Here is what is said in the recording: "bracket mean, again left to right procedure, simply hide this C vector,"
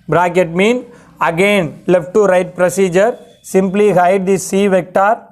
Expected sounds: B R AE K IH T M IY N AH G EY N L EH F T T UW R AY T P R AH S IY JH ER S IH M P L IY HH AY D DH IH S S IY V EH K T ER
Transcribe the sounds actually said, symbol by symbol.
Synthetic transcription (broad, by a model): B R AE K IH T M IY N AH G EY N L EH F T T UW R AY T P R AH S IY JH ER S IH M P L IY HH AY D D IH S S IY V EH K T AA